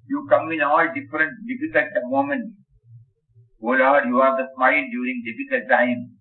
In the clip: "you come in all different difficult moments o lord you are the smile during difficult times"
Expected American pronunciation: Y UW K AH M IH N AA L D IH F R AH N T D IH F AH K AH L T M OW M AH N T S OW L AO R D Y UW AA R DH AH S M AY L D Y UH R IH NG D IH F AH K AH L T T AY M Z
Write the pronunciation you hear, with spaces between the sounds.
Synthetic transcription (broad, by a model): Y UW K AH M IH N AA L D IH F R AH N T D IH F AH K AH L T M OW M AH N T OW L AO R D Y UW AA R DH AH S M AY L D Y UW R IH NG D IH F AH K AH L T T AY M